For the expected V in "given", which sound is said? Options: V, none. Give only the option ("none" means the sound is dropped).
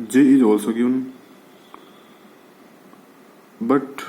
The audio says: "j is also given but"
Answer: none